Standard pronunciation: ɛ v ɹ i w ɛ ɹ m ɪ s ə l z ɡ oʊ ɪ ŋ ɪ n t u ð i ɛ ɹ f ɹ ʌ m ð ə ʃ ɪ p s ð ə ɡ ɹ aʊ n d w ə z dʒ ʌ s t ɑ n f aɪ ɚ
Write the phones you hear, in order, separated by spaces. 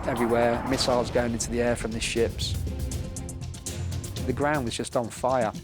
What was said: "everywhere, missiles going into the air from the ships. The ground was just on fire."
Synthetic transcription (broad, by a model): ɛ v ɹ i w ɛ m ɪ s ə l z ɡ oʊ ɪ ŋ ɪ n t u ð i ɛ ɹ f ɹ ʌ m ð ə ʃ ɪ p s ð ə ɡ ɹ aʊ n d w ə z dʒ ʌ s t n f aɪ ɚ